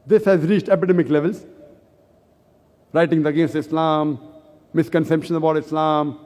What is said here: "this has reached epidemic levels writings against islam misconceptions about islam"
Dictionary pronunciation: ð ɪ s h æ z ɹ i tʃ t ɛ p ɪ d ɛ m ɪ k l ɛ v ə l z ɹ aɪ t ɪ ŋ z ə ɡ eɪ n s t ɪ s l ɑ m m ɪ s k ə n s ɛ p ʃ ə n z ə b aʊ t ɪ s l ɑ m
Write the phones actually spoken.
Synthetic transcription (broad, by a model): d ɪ s h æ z ɹ i tʃ t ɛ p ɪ d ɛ m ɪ k l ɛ v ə l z ɹ aɪ t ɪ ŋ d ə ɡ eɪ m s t ɪ s l ɑ m m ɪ s k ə n s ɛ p ʃ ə n ə b aʊ t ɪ s l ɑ m